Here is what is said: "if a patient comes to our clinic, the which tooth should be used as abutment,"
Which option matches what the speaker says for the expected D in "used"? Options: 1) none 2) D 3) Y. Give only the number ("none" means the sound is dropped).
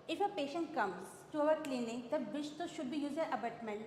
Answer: 1